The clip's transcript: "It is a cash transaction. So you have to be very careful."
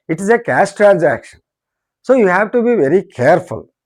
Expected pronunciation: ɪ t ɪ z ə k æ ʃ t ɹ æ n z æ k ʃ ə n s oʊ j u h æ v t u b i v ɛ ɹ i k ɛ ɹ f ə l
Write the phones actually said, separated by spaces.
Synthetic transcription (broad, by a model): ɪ t ɪ z ə k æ s t ɹ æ n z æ k ʃ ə n s oʊ j u h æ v t u b i v ɛ ɹ i k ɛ ɹ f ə l